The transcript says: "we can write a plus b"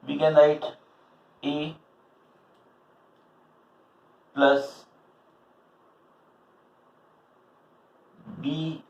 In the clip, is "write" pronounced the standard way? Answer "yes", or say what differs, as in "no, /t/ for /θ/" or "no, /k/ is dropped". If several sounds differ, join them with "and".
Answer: no, /l/ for /ɹ/